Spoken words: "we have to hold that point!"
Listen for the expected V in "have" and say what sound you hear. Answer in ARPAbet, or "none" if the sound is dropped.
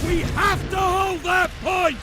F